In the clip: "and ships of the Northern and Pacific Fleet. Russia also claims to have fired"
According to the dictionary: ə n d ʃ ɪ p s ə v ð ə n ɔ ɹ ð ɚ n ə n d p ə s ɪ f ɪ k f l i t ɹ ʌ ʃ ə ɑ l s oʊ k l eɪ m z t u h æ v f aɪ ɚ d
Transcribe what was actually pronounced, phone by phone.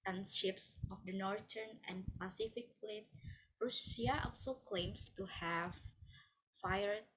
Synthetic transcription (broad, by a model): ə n ʃ ɪ p s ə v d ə n ɔ ɹ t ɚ n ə n p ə s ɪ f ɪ k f l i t ɹ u s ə ɑ l s oʊ k l eɪ m s t u h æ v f aɪ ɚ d